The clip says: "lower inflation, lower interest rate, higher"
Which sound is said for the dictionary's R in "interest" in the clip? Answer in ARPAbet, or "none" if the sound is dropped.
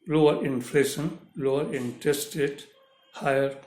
none